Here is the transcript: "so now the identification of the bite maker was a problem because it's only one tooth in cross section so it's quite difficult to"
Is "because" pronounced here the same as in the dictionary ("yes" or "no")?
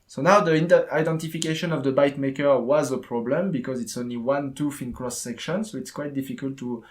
yes